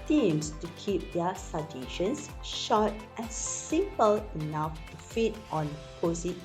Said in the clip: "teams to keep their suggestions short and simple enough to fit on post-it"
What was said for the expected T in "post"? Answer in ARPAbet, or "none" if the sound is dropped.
none